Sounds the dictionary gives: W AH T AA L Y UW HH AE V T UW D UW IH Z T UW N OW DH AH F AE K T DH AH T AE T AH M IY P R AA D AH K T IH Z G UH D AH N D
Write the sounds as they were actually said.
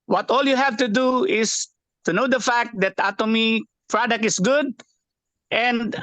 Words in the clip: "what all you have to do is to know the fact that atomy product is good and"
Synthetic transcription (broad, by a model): W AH T AA L Y UW HH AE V T UW D UW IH S T UW N OW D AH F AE K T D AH T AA T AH M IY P R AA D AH K IH S G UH D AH N D